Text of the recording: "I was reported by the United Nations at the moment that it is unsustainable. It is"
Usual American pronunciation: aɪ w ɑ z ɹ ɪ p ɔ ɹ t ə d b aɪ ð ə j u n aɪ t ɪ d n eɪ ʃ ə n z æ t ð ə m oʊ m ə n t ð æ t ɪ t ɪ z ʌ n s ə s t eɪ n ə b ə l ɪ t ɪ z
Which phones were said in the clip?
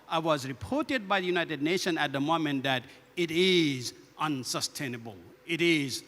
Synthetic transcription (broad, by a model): aɪ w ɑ z ɹ ɪ p ɔ ɹ t ə d b aɪ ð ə j u n aɪ t ɪ d n eɪ ʃ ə n æ t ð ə m oʊ m ə n t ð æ t ɪ t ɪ z ʌ n s ə s t eɪ n ə b ə l ɪ t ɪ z